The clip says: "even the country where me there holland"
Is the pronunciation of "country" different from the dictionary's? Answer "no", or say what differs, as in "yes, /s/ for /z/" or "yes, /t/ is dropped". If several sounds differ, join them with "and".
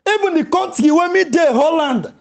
yes, /ɹ/ is dropped